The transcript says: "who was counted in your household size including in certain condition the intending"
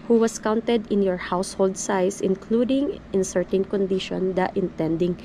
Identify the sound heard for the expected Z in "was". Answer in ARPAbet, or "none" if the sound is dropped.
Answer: S